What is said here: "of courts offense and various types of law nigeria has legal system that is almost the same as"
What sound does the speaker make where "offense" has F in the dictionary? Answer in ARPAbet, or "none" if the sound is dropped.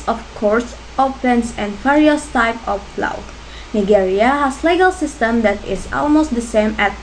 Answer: P